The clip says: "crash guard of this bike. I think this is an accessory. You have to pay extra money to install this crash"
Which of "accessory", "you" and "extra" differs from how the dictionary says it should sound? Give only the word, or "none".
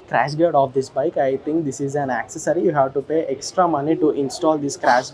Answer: none